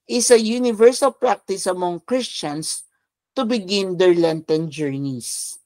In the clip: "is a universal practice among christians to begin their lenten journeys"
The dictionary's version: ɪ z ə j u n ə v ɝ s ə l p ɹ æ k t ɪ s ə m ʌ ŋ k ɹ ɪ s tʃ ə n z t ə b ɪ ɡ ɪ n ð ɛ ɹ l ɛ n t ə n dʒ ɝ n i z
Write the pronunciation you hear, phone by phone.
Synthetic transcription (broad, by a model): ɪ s ə j u n ə v ɝ s ə l p ɹ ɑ k t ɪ s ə m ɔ ŋ k ɹ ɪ s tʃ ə n s t ə b ɪ ɡ ɪ n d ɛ ɹ l ɛ n t ə n dʒ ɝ n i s